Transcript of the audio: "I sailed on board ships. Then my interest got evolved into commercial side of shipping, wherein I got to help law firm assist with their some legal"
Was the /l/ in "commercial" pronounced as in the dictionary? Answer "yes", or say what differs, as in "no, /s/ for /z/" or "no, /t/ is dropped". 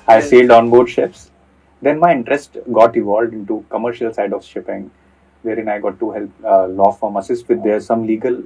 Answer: yes